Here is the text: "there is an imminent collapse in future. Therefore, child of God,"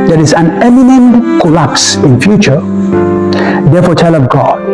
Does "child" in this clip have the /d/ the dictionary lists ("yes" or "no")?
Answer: no